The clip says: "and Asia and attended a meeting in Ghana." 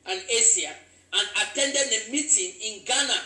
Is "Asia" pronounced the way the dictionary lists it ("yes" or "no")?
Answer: no